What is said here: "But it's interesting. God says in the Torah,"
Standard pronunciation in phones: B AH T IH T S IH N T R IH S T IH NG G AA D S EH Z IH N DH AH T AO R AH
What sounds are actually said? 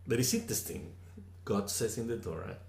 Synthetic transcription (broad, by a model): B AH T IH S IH T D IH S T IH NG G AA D S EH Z IH N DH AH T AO R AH